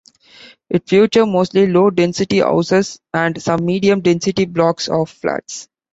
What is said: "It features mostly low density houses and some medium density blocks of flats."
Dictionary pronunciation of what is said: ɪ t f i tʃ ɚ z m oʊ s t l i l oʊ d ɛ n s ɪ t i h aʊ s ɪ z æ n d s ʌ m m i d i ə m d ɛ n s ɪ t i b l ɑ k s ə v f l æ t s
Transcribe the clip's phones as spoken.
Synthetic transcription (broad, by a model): ɪ t f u tʃ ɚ m oʊ s t l i l oʊ d ɛ n s ɪ t i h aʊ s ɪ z æ n d s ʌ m m i d i ə m d ɛ n s ɪ t i b l ɑ k s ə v f l æ t s